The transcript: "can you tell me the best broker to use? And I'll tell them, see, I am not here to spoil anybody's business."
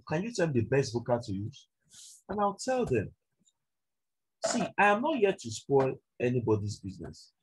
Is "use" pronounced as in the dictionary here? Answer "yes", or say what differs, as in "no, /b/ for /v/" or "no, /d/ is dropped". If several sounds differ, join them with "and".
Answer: no, /s/ is dropped